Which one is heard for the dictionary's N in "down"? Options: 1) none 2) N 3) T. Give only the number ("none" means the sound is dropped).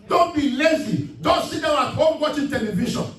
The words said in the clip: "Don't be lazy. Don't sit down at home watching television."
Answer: 1